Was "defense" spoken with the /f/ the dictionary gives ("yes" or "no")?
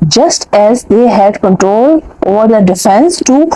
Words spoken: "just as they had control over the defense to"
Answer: yes